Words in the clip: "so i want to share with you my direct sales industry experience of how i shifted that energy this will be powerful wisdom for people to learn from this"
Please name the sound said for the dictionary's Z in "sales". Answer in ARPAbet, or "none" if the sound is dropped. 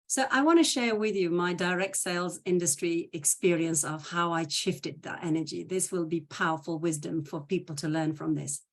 Z